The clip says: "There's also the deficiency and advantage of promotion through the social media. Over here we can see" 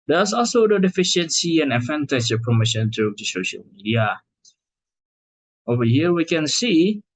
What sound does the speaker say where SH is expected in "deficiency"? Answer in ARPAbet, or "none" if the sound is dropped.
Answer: SH